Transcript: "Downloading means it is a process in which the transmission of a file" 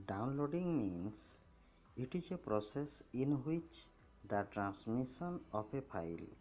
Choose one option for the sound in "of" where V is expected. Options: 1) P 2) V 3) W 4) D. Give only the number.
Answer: 1